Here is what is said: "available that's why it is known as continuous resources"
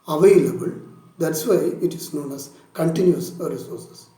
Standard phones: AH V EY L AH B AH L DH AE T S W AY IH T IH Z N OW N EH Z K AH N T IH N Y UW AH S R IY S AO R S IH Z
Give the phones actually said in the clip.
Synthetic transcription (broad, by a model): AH V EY L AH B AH L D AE T S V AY IH T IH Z N OW N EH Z K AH N T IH N Y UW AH R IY S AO R S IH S